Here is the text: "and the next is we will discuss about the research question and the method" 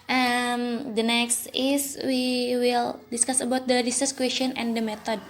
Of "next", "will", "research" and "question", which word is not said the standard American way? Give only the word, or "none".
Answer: research